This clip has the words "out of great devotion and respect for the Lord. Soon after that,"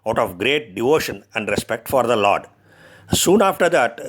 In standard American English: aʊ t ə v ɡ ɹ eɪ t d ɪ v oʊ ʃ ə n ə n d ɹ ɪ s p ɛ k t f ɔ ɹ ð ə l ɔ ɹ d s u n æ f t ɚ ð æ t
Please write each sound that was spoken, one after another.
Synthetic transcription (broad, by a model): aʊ t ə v ɡ ɹ eɪ t d ɪ v oʊ ʃ ə n ə n d ɹ ɪ s p ɛ k t f ɔ ɹ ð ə l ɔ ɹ d s u n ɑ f t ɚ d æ t